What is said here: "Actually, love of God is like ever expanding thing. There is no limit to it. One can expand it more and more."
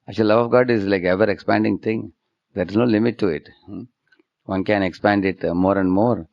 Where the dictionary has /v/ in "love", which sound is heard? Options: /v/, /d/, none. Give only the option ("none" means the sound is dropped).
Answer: /v/